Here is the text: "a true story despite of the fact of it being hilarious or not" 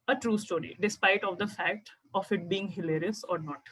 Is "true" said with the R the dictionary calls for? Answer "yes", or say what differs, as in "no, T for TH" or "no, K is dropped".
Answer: yes